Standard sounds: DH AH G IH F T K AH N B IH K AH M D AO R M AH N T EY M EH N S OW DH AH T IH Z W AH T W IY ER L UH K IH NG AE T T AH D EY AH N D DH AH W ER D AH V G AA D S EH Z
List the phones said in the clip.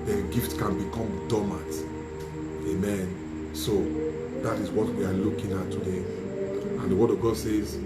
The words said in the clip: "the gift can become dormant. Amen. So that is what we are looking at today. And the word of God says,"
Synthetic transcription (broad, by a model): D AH G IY F T K AH N B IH K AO M D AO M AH T EY M EH N S OW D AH T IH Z W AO T W IY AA L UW K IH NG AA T T AH D EY AH N D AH W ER D AH V G AA D S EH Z